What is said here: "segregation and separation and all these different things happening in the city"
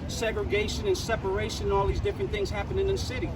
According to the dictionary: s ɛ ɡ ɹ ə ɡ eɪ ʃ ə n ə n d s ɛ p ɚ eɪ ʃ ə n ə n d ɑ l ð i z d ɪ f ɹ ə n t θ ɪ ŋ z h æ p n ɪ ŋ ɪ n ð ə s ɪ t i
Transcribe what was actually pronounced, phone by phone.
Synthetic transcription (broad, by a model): s ɛ ɡ ɹ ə ɡ eɪ ʃ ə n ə n s ɛ p ɚ eɪ ʃ ə n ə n ɑ l ð i z d ɪ f ɹ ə n θ ɪ ŋ z h æ p ɪ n ɪ n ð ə s ɪ t i